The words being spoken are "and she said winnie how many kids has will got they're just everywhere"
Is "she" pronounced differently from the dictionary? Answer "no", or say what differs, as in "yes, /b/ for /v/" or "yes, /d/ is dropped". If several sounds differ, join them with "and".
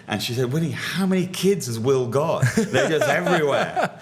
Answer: no